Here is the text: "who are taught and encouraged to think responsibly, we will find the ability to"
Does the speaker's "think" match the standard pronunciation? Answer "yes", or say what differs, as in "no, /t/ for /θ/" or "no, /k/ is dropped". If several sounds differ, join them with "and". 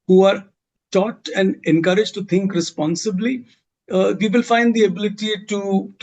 no, /t/ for /θ/